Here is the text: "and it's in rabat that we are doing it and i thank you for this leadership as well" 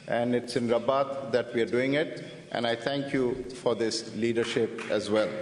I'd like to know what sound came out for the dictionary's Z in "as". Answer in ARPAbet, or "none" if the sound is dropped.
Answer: Z